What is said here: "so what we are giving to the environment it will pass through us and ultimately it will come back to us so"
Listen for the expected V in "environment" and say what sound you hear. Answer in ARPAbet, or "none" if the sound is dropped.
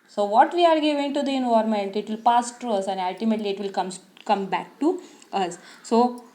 none